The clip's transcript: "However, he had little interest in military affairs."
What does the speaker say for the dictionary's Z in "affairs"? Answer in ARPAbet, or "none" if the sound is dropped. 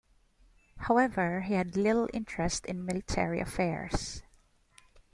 S